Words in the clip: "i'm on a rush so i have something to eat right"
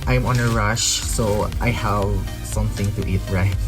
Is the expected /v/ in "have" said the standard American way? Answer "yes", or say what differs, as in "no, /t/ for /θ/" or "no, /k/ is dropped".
yes